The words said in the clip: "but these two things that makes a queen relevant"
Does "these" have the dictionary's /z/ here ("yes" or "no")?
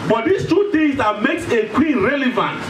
no